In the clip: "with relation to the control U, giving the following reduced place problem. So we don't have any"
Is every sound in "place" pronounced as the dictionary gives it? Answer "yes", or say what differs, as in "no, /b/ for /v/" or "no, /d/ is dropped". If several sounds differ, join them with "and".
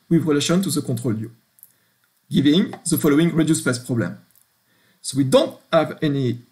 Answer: no, /l/ is dropped